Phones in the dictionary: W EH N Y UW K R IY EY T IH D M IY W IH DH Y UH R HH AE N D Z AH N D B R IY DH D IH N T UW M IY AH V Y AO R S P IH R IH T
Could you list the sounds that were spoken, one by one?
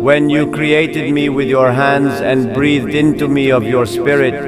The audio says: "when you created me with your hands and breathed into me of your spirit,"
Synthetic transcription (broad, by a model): W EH N Y UW K R IY EY T IH D M IY W IH DH Y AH R HH AE N D Z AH N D B R IY DH D IH N T UW M IY AH V Y AO R S P IH R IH T